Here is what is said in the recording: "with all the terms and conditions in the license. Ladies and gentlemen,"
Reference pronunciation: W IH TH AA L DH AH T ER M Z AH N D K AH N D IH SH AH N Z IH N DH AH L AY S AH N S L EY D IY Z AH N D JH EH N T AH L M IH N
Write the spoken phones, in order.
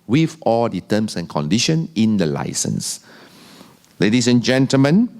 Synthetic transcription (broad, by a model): W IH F AA L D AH T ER M S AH N K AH N D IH SH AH N IH N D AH L AY S AH N S L EY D IY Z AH N JH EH N T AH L M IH N